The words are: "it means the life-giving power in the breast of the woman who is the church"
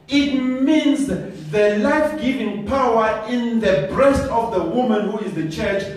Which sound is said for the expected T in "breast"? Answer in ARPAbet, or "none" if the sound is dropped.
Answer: T